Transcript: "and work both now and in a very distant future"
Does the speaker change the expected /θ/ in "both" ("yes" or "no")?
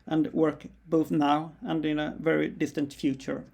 no